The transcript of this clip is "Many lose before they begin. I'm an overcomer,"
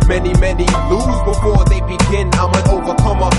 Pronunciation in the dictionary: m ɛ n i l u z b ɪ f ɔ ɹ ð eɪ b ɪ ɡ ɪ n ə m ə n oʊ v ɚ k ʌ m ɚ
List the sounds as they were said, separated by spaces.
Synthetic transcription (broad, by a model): m ɛ n i n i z b ɪ f ɔ ɹ ð eɪ b ɪ ɡ ɪ n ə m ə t oʊ v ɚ k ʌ m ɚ